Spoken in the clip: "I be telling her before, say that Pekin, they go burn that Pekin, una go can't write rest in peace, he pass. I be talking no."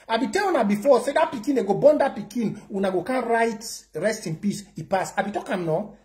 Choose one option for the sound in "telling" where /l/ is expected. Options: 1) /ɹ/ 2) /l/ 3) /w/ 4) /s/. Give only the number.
3